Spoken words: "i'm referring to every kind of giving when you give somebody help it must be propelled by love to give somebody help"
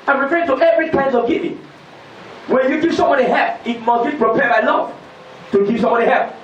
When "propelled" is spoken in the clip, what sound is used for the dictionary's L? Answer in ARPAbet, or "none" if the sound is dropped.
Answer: none